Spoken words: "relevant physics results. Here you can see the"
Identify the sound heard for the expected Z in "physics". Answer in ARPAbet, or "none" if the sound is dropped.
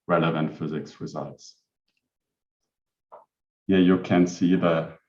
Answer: Z